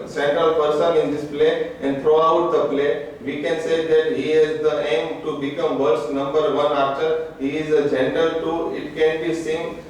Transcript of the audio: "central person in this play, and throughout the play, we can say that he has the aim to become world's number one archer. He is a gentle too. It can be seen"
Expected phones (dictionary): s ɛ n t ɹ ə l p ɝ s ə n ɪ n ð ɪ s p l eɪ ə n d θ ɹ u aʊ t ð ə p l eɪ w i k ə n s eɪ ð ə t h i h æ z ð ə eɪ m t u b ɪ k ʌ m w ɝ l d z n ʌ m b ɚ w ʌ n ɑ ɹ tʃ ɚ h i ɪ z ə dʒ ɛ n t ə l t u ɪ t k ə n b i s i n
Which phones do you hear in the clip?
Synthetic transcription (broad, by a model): s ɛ n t ɹ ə l p ɝ s ə n ɪ n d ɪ s p l eɪ ə n d t ɹ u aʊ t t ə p l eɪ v i k ə n s eɪ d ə t h i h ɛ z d ə eɪ m t u b ɪ k ʌ m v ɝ d s n ʌ m b ɚ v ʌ n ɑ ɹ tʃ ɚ h i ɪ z ə dʒ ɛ n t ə l t u ɪ t k ə n b i s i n